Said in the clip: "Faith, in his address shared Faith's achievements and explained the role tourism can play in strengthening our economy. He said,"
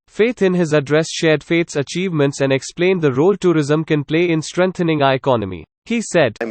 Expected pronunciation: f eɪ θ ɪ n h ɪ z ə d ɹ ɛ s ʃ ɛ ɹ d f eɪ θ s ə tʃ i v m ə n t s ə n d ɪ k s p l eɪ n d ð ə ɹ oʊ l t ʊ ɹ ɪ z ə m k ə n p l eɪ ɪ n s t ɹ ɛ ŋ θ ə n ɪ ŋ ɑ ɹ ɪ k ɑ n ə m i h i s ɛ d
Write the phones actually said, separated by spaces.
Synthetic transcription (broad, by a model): f eɪ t ɪ n h ɪ z ə d ɹ ɛ s ʃ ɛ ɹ d f eɪ t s ə tʃ i v m ə n t s ə n d ɪ k s p l eɪ n d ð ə ɹ oʊ l t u ɹ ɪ z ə m k ə n p l eɪ ɪ n s t ɹ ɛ ŋ t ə n ɪ ŋ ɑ ɪ k ɑ n ə m i h i s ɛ d